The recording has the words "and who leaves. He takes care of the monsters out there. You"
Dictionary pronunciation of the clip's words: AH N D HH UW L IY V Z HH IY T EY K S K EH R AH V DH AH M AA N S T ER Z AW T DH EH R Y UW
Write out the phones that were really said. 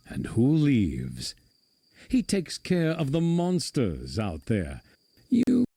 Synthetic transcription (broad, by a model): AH N HH UW L IY V Z HH IY T EY K S K EH R AH V DH AH M AA N S T ER Z AW T DH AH R Y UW